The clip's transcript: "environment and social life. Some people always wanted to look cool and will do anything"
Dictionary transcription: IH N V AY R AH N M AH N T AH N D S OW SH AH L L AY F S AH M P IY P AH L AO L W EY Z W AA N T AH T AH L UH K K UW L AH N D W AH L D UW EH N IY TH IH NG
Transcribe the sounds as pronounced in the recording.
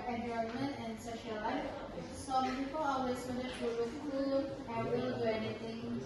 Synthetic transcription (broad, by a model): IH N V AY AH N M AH N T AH N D S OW SH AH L L AY F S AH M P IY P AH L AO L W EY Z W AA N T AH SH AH W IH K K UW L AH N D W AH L D UW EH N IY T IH NG